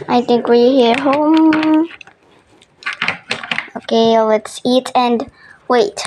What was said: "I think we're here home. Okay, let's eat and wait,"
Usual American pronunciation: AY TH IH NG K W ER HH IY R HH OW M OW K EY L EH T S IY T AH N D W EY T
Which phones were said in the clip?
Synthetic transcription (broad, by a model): AY TH IH NG K W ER HH IY R HH OW M OW K EY L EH T S IY T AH N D W EY T